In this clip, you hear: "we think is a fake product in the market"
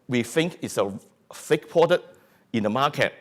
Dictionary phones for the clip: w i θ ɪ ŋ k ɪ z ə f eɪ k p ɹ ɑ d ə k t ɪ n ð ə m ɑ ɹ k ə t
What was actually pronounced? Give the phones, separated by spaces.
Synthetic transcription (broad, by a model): w i θ ɪ ŋ k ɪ s ə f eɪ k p ɑ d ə t ɪ n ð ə m ɑ k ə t